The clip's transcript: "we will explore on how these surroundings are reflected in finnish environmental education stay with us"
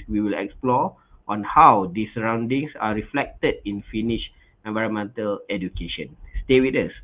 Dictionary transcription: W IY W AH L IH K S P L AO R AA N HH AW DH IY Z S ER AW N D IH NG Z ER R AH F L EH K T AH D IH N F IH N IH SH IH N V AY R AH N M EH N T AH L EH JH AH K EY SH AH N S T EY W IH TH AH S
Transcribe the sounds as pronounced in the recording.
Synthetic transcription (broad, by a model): W IY W AH L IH K S P L AO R AA N HH AW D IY S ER AW N D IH NG S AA R AH F L EH K T AH D IH N F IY N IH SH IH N V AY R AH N M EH N T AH L EH JH AH K EY SH AH N S T EY W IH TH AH S